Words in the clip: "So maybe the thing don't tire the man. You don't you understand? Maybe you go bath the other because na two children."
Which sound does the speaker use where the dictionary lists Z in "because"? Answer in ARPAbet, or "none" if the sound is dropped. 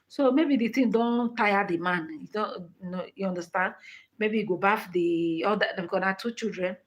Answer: none